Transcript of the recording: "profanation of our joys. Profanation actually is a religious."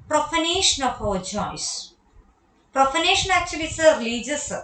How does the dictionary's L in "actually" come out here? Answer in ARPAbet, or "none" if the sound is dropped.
none